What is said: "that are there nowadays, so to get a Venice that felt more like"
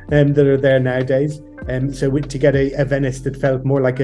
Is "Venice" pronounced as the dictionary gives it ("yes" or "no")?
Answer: yes